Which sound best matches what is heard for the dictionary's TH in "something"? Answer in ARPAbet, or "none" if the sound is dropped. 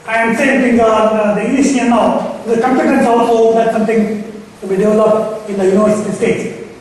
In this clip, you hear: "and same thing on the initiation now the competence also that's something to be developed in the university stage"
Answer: T